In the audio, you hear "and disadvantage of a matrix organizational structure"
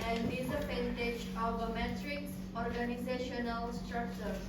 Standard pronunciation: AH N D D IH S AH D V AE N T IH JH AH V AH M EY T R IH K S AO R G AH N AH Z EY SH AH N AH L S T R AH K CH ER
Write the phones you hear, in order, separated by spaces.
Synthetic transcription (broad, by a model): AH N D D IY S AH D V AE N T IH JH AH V AH M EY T R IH K S AO R G AH N AH Z EY SH AH N AH L S T R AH K CH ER